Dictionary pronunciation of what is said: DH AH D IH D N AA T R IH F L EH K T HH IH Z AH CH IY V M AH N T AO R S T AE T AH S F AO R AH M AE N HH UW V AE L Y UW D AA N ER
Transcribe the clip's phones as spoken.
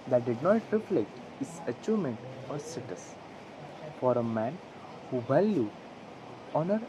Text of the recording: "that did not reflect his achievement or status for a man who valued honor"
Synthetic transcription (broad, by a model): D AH D IH D N AA T R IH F L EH K T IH S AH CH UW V M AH N T AO R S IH T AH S F AO R AH M AE N HH UW B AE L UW AA N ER